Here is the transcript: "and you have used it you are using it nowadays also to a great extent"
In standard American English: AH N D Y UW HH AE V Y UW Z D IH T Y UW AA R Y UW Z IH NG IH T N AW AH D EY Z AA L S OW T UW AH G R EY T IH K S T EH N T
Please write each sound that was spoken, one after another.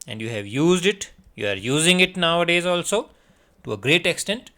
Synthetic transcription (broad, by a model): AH N D Y UW HH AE V Y UW Z D IH T Y UW AA R Y UW Z IH NG IH T N AW AH D EY Z AA L S OW T UW AH G R EY T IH K S T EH N T